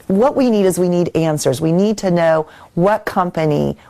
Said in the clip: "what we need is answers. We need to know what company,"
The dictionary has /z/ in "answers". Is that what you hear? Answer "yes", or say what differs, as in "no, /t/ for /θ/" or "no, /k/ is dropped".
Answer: yes